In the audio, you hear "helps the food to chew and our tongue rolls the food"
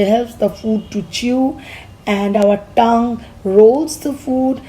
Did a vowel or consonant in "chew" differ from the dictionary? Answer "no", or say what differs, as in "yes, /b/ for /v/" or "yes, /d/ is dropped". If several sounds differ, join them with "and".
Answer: no